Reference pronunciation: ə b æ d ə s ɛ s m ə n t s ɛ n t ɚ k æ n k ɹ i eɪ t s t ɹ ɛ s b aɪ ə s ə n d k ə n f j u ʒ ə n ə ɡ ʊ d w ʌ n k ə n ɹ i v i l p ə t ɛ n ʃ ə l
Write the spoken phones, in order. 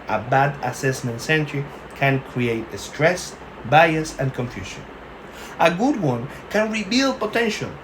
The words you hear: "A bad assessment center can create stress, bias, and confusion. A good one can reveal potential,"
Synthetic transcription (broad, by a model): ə b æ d ə s ɛ s m ə n t s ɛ n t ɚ k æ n k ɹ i eɪ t s t ɹ ɛ s b aɪ ə s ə n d k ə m f j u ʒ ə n ə ɡ ʊ d w ʌ n k ə n ɹ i b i l p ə t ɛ n ʃ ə l